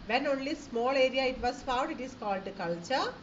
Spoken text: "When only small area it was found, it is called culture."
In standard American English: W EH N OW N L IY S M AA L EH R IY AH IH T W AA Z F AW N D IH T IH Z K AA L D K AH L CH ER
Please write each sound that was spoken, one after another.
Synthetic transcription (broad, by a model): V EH N OW N L IY S M AA L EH R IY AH IH T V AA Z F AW D IH T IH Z K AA L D K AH L CH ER